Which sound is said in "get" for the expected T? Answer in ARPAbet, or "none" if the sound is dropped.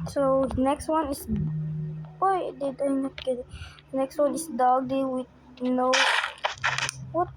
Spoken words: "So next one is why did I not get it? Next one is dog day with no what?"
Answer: none